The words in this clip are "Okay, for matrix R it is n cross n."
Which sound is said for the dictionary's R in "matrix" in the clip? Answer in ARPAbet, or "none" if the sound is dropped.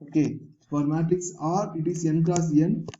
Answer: none